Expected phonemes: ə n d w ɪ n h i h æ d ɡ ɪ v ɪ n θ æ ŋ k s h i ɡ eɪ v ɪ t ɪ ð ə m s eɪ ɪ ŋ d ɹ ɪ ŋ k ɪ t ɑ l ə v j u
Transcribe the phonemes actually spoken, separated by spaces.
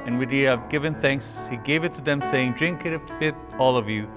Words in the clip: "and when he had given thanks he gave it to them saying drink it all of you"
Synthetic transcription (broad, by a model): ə n w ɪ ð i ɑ ɡ ɪ v ɪ n θ æ ŋ k s h i ɡ eɪ v ɪ t ɪ ð ə m s eɪ ɪ ŋ d ɹ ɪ ŋ k ɪ t ɑ l ə v j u